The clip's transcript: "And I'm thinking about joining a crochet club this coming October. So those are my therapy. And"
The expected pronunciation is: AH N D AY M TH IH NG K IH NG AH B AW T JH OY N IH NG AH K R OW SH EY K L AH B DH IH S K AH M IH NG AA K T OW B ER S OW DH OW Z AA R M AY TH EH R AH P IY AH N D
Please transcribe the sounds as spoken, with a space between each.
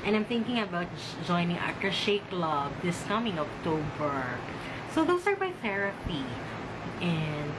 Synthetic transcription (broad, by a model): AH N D AY M TH IH NG K IH NG AH B AW T JH OY N IH NG AH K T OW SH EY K L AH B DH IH S K AH M IH NG AA K T OW B ER S OW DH OW S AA R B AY TH EH R AH P IY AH N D